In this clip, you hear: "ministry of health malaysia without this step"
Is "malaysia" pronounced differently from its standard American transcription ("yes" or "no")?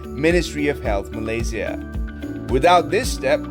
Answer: yes